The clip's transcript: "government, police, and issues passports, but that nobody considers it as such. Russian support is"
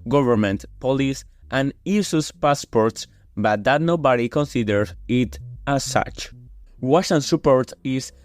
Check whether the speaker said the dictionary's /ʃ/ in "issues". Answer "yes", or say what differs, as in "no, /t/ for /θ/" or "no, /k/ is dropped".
no, /s/ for /ʃ/